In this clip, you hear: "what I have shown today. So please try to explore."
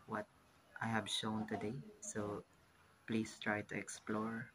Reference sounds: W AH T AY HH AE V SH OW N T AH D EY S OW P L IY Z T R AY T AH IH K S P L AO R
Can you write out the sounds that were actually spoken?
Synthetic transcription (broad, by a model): W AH T AY HH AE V SH OW N T AH D EY S OW P L IY S T R AY T AH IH K S P L AO R